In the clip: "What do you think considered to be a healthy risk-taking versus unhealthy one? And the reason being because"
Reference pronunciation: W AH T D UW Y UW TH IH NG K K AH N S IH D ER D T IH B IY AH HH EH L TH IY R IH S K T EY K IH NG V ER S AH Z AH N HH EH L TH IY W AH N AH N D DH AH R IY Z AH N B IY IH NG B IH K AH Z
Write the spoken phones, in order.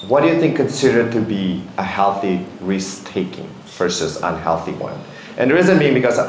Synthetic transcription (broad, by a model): W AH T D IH Y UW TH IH NG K K AH N S IH D ER D T IH B IY AH HH EH L TH IY R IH S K T EY K IH NG F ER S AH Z AH N HH EH L TH IY W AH N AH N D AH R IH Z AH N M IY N B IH K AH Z